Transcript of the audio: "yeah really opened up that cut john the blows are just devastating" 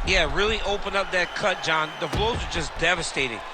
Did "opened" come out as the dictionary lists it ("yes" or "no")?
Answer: no